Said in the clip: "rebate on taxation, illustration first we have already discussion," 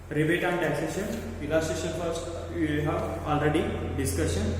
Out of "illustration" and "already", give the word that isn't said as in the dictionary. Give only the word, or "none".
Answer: illustration